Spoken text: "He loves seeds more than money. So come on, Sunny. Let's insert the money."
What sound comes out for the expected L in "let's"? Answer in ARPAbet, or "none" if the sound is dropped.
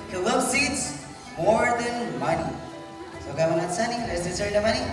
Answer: N